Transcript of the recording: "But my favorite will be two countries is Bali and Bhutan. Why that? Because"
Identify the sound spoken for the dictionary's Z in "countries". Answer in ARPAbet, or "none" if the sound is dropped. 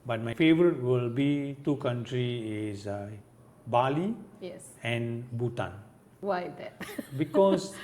none